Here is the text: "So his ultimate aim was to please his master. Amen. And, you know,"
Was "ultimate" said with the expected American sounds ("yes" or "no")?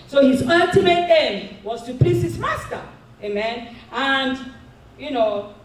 no